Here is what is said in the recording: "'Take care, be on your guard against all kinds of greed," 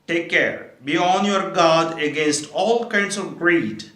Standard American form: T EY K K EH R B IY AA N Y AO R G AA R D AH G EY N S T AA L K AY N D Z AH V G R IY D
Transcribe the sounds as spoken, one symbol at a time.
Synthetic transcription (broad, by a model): T EY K K EH R B IY AA N Y AO R G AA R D AH G EY N S T AA L K AY N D S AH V G R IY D